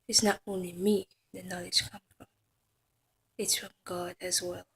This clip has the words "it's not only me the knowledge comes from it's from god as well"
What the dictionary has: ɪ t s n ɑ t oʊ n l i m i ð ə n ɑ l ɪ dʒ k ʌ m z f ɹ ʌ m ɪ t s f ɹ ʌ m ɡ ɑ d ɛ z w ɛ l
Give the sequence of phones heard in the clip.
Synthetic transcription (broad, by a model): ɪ t s n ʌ t oʊ n l i m i ð ə n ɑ l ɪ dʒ k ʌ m f ɹ ʌ m ɪ t s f ɹ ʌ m ɡ ɑ d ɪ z w ɛ l